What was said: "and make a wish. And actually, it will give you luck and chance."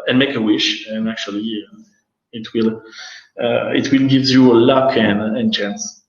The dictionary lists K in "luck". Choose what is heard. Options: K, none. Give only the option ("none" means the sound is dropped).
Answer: K